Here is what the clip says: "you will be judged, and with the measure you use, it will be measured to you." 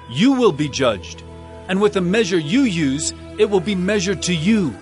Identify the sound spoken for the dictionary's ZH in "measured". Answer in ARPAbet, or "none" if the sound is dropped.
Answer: ZH